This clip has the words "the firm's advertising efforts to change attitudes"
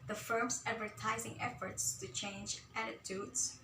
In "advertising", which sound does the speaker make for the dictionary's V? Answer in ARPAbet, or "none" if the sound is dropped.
V